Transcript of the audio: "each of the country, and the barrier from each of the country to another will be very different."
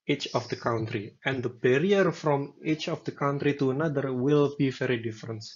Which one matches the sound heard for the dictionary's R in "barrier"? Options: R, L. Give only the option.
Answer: R